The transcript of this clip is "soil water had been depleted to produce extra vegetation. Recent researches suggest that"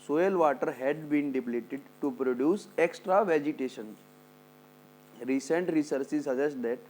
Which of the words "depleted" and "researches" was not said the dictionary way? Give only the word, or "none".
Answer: researches